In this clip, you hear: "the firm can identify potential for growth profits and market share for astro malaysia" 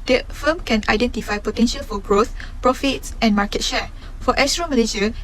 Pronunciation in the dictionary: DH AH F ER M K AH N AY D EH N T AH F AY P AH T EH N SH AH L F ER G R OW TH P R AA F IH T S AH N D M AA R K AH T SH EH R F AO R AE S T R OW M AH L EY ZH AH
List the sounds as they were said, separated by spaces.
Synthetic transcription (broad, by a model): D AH F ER M K AH N AY D EH N T AH F AY P AH T EH N SH AH L F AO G R OW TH P R AA F IH T S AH N M AA K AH T SH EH F AO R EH S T R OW M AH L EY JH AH